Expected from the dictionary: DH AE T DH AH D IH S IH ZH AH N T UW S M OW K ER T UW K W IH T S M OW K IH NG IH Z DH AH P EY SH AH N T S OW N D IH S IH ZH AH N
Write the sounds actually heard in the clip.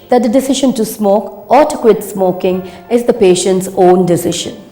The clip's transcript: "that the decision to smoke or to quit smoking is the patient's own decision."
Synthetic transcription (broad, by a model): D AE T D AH D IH S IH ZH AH N T UW S M OW K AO T UW K W IH T S M OW K IH NG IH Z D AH P EY SH AH N T S OW N D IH S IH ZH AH N